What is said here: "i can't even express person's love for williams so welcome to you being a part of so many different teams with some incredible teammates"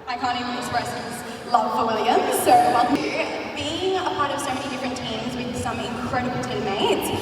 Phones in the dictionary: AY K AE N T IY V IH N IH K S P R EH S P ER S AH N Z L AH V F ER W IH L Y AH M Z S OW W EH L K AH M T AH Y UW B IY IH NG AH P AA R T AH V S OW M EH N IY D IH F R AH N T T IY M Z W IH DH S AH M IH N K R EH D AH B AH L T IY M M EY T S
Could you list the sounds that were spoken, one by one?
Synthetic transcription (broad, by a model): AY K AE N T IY IH IH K S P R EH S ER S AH Z L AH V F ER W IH L Y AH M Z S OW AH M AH B IY IH NG AH P AA R T AH V S OW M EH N IY D IH F R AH N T T IY M Z W IH DH S AH M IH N K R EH D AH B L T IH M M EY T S